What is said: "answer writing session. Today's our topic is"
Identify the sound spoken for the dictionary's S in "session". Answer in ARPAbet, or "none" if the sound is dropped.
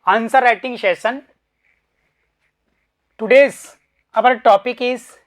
SH